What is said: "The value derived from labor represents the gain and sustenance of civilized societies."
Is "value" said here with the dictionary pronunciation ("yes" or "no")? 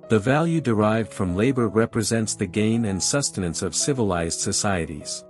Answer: yes